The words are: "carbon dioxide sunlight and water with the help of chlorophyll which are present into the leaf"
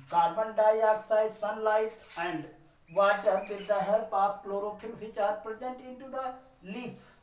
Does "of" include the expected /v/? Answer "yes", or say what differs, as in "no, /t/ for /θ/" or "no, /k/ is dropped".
no, /p/ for /v/